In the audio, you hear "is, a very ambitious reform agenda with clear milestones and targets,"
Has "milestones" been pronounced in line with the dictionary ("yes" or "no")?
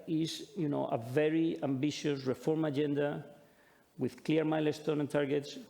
no